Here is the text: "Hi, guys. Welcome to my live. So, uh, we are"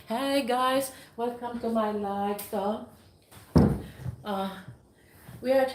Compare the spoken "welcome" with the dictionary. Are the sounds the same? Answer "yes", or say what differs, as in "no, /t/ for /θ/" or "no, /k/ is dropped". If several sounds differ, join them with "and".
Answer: no, /l/ is dropped